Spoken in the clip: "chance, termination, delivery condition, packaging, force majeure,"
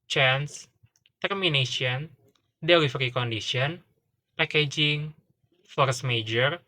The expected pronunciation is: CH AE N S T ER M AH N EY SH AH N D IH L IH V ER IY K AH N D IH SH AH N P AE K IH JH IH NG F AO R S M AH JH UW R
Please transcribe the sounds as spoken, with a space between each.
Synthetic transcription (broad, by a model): CH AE N S T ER M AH N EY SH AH N D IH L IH F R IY K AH N D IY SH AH N P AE K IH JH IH NG F AO R S M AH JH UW R